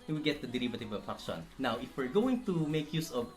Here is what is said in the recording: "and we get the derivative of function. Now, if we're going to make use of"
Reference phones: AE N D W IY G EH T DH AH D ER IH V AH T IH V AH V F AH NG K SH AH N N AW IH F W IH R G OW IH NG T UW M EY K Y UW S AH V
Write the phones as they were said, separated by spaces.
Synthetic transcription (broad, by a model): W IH G EH T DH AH D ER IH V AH T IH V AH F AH K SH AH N N AW IH F W IH R G OW IH NG T UW M EY K Y UW S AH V